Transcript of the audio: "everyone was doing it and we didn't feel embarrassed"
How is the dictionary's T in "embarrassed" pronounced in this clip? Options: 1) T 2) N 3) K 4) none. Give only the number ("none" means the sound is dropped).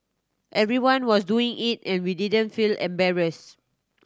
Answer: 4